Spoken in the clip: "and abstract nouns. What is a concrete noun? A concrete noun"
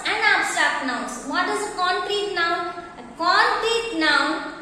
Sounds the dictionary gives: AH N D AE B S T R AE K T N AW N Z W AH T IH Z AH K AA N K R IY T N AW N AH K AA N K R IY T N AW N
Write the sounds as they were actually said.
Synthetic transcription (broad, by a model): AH N D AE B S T AA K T N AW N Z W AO T IH Z AH K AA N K R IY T N AW N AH K AA N K R IY T N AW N